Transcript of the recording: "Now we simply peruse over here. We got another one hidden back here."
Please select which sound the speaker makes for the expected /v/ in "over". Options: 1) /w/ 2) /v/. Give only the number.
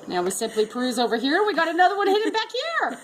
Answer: 2